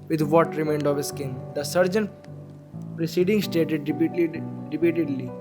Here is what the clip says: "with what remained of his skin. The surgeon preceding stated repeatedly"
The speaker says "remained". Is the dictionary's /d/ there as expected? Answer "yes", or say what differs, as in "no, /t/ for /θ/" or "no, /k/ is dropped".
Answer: yes